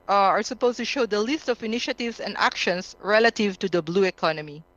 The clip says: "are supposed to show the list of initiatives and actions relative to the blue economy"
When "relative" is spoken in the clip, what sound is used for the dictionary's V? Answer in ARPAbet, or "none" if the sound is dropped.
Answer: V